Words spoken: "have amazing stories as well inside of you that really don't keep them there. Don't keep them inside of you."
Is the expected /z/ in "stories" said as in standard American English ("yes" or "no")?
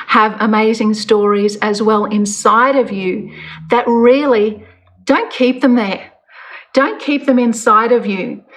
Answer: yes